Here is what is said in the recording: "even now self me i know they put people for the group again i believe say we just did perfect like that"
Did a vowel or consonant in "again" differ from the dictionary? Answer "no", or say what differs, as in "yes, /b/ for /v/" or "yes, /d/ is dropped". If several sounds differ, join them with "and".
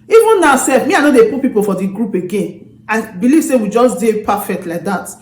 no